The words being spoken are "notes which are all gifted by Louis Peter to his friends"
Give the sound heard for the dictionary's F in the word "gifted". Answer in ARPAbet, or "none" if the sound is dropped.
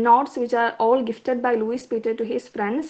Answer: F